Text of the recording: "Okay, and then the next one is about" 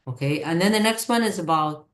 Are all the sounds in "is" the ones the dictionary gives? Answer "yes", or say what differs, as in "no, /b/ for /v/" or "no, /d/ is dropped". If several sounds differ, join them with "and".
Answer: yes